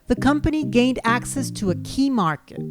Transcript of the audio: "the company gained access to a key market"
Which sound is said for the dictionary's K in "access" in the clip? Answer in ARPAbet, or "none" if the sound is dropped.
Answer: K